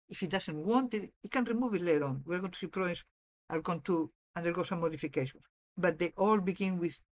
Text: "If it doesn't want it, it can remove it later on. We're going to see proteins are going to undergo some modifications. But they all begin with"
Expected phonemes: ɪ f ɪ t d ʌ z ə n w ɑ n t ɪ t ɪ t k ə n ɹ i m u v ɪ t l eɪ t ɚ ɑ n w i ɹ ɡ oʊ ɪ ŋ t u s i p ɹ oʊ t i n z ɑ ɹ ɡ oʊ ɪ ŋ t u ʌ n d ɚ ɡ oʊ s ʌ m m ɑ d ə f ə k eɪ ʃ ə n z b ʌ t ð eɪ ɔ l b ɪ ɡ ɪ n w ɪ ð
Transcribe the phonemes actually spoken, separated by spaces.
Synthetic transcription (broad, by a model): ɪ f ɪ t d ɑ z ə n w ɑ n t ɪ t ɪ t k ə n ɹ i m u v ɪ t l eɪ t ɑ n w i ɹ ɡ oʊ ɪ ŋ t u s i p ɹ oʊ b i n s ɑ l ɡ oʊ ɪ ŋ t u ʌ n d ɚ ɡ oʊ s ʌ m m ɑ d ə f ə k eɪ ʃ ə n s b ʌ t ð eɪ ɔ l b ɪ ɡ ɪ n w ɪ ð